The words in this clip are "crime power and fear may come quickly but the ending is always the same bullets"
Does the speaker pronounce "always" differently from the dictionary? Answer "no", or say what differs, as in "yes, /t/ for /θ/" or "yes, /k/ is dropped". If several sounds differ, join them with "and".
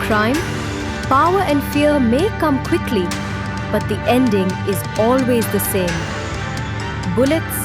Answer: no